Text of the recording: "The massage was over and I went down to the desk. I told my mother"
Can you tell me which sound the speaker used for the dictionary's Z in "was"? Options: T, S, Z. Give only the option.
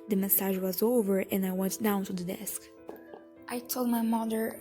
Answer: Z